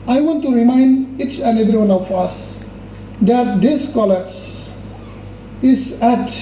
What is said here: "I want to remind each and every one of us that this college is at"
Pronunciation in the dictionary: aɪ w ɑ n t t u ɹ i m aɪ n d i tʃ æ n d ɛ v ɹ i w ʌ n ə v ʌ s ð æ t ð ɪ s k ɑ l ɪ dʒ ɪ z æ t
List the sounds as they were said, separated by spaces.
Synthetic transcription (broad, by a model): aɪ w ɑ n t t u ɹ i m aɪ n d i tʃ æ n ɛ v ɹ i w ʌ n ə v ʌ s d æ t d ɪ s k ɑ l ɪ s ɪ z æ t